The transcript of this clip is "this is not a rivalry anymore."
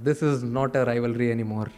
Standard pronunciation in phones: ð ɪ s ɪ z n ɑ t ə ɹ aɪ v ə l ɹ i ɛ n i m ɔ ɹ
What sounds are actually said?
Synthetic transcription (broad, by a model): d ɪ s ɪ z n ɑ t ə ɹ aɪ v ə l ɹ i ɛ n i m ɔ ɹ